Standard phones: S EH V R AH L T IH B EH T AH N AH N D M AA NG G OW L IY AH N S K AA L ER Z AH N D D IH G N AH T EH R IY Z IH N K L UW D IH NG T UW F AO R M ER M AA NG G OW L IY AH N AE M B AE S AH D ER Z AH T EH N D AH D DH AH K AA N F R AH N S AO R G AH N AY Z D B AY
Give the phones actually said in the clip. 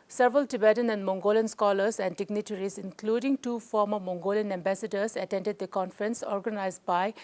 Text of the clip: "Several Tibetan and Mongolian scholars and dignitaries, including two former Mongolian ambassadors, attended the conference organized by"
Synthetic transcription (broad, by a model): S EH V R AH L T IH B EH T AH N AH N D M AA NG G OW L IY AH N S K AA L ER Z AH N D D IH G N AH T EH R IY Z IH N K L UW D IH NG T UW F AO R M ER M AA NG G OW L IY AH N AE M B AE S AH D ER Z AH T EH N D AH D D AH K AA N F R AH N S AO R G AH N AY Z D B AY